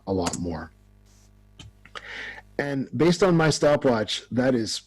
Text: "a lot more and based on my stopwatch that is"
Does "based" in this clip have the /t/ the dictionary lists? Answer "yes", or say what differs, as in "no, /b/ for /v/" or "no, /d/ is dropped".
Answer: yes